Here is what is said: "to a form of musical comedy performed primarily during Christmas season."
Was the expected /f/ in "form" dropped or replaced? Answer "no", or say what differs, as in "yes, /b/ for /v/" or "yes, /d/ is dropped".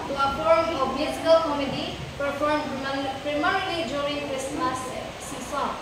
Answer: yes, /p/ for /f/